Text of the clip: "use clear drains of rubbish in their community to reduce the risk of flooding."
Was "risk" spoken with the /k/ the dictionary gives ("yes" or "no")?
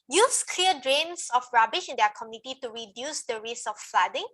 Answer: no